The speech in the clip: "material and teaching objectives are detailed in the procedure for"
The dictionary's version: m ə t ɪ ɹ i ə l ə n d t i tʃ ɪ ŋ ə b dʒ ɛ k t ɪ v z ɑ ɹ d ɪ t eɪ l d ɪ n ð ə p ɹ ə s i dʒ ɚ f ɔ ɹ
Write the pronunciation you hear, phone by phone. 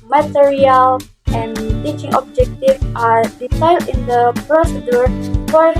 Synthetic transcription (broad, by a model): m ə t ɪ ɹ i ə l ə n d t i tʃ ɪ ŋ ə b dʒ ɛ k t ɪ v ɑ ɹ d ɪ s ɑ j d ɪ n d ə p ɹ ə s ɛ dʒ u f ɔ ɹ